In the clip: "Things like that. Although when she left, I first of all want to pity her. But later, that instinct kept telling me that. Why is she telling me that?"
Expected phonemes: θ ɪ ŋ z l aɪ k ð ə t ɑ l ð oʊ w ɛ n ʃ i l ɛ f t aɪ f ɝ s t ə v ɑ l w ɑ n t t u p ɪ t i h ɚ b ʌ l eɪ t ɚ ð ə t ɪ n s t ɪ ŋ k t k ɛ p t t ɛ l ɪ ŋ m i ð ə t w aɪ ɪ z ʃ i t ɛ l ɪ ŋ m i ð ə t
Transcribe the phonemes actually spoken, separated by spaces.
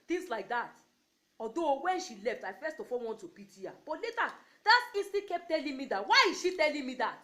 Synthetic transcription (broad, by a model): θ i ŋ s l aɪ k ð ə t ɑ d oʊ w ɛ n ʃ i l ɛ f t aɪ f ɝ s t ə f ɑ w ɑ n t t u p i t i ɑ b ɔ l eɪ t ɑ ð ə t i s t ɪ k k ɛ p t t ɛ l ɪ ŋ m i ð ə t w aɪ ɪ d ʃ i t ɛ l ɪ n m i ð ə t